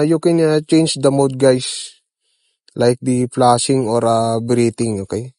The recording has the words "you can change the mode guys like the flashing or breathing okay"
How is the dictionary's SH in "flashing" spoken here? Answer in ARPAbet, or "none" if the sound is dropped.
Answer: S